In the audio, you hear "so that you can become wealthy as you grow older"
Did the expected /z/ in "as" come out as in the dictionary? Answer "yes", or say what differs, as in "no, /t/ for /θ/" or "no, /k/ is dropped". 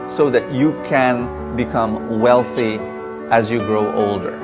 yes